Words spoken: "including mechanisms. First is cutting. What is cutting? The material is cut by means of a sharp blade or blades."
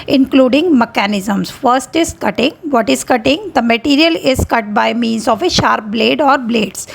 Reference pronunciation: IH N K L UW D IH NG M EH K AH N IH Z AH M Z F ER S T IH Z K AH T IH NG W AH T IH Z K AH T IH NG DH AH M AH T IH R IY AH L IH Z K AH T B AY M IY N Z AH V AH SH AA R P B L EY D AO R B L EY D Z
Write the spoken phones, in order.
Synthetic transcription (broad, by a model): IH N K L UW D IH NG M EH K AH N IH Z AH M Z F ER S T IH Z K AH T IH NG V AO T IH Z K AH T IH NG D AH M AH T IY R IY AH L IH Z K AH T B AY M IY N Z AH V AH SH AA R P B L EY D AO R B L EY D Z